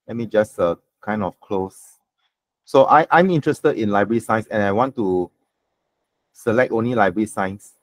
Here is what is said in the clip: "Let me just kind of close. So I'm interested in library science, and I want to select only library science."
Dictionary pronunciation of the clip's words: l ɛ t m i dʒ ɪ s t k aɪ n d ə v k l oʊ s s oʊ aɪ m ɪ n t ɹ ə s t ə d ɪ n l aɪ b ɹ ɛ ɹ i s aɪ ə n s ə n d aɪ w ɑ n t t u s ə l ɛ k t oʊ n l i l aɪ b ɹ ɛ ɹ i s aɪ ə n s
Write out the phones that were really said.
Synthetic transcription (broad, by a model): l ɛ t m i dʒ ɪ s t k aɪ n d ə f k l oʊ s s oʊ aɪ m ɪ n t ɹ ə s t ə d ɪ n l aɪ b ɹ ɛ ɹ i s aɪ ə n s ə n aɪ w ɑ n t t u s ə l ɛ k t oʊ n l i l aɪ b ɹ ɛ ɹ i s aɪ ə n s